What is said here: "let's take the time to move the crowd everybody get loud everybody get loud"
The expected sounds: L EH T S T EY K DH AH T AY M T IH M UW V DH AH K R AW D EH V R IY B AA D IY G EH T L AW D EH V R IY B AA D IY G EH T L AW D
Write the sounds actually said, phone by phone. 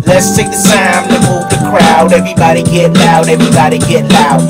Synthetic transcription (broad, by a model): L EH T S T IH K DH AH S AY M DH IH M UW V DH AH K R AW D EH V R IY B AA D IY G EH T N AW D EH V R IY B AA D IY G EH T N AW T